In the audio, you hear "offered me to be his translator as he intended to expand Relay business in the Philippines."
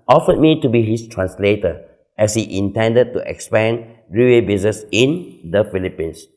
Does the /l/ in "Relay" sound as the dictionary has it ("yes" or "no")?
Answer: no